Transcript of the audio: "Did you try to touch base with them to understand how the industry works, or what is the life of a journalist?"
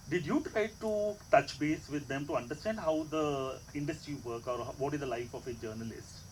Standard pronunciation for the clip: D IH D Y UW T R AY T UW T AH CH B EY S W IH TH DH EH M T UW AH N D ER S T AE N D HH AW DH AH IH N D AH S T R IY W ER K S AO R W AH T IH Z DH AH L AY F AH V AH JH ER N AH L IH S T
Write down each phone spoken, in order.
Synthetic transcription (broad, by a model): D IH D Y UW T R AY T UW T AH CH B EY S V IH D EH M T UW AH N D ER S T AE N D HH AW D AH IH N D AH S T R IY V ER K AO R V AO T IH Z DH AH L AY F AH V AH JH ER N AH L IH S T